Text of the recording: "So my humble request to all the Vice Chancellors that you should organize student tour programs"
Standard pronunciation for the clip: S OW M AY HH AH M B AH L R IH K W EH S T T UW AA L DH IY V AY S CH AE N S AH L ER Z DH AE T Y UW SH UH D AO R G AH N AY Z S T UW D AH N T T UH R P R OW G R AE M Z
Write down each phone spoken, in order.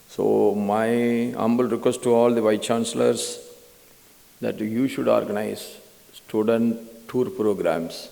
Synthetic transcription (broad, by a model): S OW M AY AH M B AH L R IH K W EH S T T UW AA L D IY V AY CH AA N S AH L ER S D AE T Y UW SH UH D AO R G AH N AY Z S T UW D AH N T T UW R P R OW G R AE M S